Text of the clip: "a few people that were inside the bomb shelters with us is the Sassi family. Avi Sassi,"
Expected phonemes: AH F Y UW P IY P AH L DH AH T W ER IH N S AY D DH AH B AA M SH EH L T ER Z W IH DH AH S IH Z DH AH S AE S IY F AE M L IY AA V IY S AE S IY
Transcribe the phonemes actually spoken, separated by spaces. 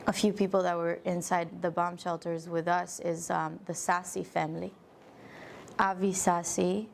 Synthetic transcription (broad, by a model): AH F Y UW P IY P L DH AH T W ER IH N S AY D DH AH B AA M SH EH L T ER Z W IH DH AH S IH Z DH AH S AE S IY F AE M L IY AA V IY S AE S IY